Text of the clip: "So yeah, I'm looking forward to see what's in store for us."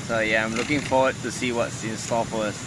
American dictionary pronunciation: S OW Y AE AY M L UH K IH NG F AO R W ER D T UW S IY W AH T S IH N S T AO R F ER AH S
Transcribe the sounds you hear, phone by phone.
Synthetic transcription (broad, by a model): S OW Y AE AY M L UH K IH NG F AO W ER D T UW S IY W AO T S IH N S T AO L F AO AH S